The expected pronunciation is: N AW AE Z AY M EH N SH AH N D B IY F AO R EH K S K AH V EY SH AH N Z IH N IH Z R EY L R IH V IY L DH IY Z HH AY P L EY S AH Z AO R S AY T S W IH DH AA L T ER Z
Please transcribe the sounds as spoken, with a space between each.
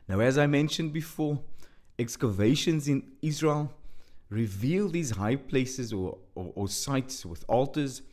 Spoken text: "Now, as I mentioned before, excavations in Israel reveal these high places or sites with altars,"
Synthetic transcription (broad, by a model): N AW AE Z AY M EH N SH AH N D B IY F AO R EH K S K AH V EY SH AH N Z IH N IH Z R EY L R IH V IY L DH IY Z HH AY P L EY S AH Z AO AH S AY T S W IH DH AA L T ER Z